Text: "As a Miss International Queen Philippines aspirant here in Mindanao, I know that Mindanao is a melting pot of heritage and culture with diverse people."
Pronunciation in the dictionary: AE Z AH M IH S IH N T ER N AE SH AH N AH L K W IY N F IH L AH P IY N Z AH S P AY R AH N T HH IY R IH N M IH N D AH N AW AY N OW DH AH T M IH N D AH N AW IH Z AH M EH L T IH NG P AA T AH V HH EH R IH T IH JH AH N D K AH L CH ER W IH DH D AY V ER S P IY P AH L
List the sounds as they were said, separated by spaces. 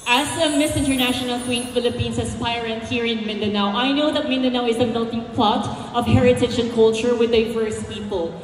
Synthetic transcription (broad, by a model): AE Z AH M IH S IH N T ER N AE SH AH N AH L K W IY N F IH L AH P IY N S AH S P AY R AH N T HH IY R IH N M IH N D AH N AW AY N OW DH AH T M IH N D AH N AW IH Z AH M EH L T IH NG P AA T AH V HH EH R IH T IH JH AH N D K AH L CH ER W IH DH D AY V ER S P IY P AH L